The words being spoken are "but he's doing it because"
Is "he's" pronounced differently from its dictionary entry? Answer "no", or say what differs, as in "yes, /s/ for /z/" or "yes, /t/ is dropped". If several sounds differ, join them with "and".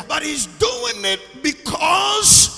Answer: no